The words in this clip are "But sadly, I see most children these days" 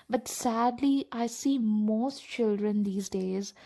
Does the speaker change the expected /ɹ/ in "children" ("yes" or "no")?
no